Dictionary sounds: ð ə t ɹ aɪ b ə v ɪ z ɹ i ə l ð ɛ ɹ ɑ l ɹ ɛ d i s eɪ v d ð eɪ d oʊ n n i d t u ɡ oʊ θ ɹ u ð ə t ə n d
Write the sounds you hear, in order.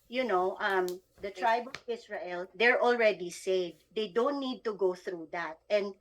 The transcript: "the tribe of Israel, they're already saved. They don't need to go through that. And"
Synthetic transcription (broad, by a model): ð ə t ɹ aɪ b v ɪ s ɹ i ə l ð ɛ ɹ ɑ l ɹ ɛ d i s eɪ v d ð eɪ d oʊ n n i d t u ɡ oʊ θ ɹ u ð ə t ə n d